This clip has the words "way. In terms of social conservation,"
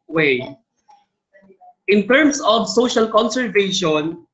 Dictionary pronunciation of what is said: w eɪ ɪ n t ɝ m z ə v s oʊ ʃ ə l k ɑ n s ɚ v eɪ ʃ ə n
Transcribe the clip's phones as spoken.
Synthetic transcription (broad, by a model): w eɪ ɪ n t ɝ m s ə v s oʊ ʃ ə l k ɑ n s ɚ v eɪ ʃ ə n